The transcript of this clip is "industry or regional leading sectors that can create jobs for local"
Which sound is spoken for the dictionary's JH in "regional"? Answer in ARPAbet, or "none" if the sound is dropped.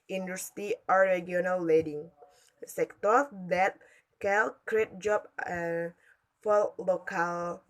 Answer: none